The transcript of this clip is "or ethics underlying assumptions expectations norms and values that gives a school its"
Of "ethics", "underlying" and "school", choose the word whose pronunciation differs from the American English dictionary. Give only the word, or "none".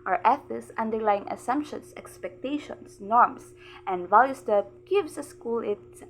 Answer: ethics